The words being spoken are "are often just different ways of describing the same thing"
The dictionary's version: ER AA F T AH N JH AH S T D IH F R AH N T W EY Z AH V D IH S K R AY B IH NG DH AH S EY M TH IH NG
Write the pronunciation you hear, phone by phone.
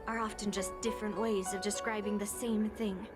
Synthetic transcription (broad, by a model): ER AA F T AH N JH AH S D IH F R AH N T W EY Z AH V D IH S K R AY B IH NG DH AH S EY M TH IH NG